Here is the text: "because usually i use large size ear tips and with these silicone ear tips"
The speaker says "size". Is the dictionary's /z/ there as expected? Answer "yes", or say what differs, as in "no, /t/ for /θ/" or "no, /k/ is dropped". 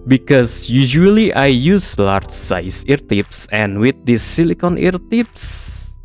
no, /s/ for /z/